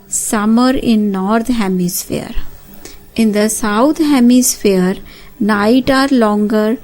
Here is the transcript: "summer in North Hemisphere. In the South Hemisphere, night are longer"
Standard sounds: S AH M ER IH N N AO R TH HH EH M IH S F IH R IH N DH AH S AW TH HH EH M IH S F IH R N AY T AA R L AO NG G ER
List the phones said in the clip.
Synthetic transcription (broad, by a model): S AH M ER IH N N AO R T HH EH M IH S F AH R IH N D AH S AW T HH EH M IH S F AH R N AY T AA R L AO NG G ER